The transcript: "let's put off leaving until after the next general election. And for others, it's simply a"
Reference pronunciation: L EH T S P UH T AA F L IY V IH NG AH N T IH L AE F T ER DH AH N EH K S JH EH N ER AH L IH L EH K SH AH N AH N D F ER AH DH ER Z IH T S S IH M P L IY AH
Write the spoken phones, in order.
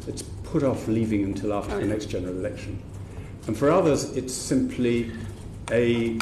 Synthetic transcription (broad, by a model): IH T S P UH T AA F L IY V IH NG AH N T IH L AE F T ER DH AH N EH K S JH EH N ER AH L IH L EH K SH AH N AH N F ER AH DH ER Z IH T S S IH M P L IY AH